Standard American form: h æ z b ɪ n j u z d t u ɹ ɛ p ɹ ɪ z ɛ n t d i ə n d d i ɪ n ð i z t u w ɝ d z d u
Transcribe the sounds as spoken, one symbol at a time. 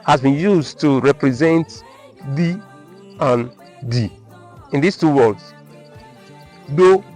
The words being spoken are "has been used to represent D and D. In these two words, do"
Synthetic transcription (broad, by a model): h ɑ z b ɪ n j u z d t u ɹ ɛ p ɹ ɪ z ɛ n t d i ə n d d i ɪ n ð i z t u w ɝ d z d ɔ